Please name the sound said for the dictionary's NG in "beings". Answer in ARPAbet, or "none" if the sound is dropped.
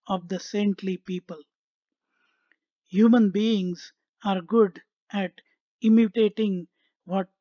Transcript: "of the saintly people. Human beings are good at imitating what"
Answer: NG